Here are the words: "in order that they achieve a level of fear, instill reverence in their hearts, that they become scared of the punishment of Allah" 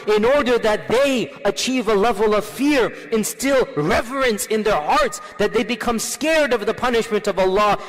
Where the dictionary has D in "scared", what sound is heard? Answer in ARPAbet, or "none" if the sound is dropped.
D